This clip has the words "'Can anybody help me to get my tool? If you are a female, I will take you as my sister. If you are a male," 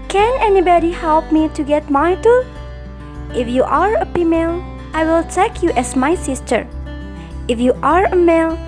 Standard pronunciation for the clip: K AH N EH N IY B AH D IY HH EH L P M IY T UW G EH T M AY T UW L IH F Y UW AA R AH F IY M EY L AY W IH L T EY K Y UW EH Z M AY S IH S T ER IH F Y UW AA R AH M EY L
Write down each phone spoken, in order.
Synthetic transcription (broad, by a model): K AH N EH N IY B AH D IY HH EH L P M IY T UW G EH T M AY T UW IH F Y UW AA R AH P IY M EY L AY W IH L T EY K Y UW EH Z M AY S IH S T ER IH F Y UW AA R AH M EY L